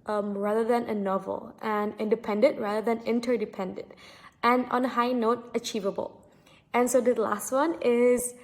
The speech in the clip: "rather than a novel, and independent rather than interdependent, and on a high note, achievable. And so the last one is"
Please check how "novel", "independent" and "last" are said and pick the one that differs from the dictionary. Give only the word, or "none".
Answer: none